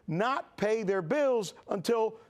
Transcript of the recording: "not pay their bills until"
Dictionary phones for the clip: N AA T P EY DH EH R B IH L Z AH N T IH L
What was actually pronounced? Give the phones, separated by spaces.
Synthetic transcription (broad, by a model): N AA T P EY DH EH R B IH L Z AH N T IH L